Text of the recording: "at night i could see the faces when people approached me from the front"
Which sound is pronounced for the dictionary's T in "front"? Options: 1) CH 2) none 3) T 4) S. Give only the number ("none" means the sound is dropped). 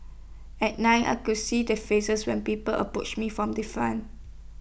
2